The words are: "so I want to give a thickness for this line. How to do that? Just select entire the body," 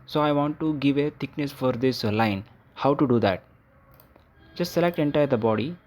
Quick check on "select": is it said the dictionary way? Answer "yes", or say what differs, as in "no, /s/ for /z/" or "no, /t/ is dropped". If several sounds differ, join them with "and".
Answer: yes